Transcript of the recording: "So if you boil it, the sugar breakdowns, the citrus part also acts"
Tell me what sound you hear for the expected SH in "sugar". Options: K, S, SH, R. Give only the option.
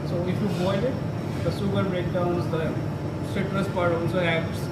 S